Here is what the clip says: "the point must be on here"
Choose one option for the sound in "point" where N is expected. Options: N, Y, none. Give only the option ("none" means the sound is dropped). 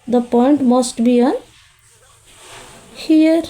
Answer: N